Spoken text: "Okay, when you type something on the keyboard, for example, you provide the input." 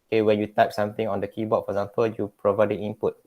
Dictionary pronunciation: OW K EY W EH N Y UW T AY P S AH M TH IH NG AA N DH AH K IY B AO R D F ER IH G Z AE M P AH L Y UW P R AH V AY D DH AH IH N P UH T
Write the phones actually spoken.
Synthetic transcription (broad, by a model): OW K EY W EH N Y UW T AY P S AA M T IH NG AA N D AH K IY B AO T F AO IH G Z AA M P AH L Y UW P R AH V AY D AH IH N P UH T